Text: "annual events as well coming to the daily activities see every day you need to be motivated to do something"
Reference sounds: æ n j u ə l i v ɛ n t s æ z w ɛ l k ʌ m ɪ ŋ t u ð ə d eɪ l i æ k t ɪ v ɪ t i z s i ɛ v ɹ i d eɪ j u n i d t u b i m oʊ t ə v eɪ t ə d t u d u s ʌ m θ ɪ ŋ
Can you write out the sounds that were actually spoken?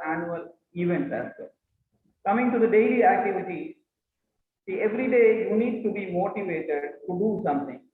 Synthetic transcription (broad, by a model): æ n j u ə l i v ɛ n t æ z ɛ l k ʌ m ɪ ŋ t u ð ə d eɪ l i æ k t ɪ v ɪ t i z s i ɛ v ɹ i d eɪ j u n i d t u b i m oʊ t ə v eɪ t ə d t u d u s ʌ m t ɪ ŋ